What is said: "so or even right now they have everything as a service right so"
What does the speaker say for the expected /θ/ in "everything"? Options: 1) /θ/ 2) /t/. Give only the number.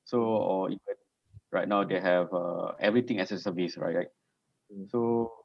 2